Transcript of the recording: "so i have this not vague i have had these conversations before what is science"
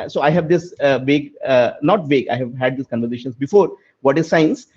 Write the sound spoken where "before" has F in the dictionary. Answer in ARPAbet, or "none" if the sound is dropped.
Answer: F